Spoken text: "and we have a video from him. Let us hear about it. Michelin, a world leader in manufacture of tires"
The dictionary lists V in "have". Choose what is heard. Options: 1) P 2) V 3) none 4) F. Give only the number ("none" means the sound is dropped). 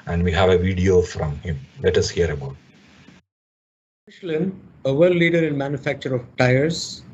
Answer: 2